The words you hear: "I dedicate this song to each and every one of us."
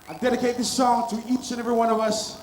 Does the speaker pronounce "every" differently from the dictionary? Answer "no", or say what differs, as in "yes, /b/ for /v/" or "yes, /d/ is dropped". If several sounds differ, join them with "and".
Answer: no